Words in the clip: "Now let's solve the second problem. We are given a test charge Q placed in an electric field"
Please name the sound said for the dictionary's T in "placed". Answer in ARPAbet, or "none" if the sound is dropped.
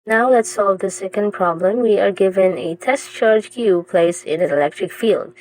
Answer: none